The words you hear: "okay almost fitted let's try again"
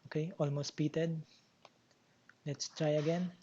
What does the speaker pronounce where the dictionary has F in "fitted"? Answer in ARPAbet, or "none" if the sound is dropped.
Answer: P